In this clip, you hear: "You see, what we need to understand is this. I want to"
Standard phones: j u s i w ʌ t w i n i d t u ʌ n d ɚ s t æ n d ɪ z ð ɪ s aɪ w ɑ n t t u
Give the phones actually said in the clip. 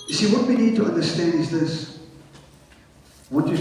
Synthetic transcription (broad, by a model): j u s i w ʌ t w i n i d t u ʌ n d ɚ s t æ n d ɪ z ð ɪ s w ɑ t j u